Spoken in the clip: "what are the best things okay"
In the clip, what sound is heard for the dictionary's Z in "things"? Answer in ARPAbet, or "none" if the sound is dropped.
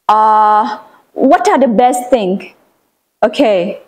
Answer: none